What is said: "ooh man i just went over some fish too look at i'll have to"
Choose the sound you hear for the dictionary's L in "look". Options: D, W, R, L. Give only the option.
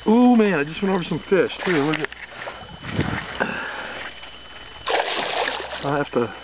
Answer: W